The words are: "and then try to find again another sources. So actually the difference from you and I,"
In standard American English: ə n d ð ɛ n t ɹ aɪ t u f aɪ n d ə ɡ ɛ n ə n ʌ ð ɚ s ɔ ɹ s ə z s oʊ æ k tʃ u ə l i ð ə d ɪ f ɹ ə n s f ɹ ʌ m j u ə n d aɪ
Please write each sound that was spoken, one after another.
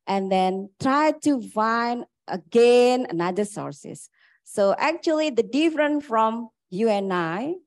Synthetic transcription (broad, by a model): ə n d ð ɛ n t ɹ aɪ t u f aɪ n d ə ɡ ɛ n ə n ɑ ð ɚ s ɔ ɹ s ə s oʊ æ k tʃ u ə l i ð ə d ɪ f ɹ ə n f ɹ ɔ m j u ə n aɪ